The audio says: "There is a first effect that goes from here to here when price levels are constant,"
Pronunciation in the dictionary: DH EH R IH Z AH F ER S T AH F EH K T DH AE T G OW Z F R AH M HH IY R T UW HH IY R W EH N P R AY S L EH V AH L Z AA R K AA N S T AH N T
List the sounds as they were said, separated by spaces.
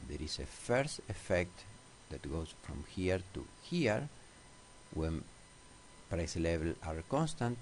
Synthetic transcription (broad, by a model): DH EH R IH S AH F ER S T AH F EH K T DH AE T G OW S F R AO M HH IY R T UW HH IY R W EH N P R AY S L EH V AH L AA R K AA N S T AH N T